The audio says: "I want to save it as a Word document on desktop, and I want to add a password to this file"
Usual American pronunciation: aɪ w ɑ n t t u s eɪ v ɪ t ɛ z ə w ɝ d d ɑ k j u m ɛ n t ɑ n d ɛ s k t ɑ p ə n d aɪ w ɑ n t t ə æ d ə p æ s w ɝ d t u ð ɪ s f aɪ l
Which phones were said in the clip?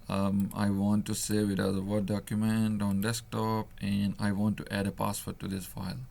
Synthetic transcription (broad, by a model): aɪ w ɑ n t t u s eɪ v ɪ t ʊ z ə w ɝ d d ɑ k j u m ɛ n t ɑ n d ɛ s k t ɑ p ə n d aɪ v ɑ n t t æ d ə p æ s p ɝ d t u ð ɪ s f aɪ l